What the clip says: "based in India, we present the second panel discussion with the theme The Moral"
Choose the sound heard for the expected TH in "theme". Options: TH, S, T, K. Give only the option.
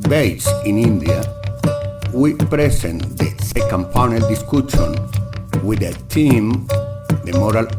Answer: T